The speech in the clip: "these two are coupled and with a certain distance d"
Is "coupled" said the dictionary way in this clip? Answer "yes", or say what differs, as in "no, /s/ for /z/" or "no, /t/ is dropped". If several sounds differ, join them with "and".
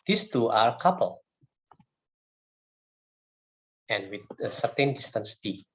no, /d/ is dropped